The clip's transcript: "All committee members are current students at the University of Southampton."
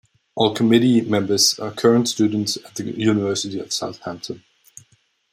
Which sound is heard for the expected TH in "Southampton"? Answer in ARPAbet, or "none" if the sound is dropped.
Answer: TH